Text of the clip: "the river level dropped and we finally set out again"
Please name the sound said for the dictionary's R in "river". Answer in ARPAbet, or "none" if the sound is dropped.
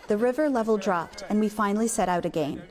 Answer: R